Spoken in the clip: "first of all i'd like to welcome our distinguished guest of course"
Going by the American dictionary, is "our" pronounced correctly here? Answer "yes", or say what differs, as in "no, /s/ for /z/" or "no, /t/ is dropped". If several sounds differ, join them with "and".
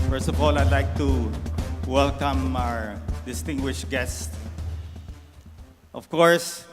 yes